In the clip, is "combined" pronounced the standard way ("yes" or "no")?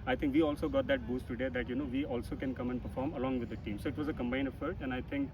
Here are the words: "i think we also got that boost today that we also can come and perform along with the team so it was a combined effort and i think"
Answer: no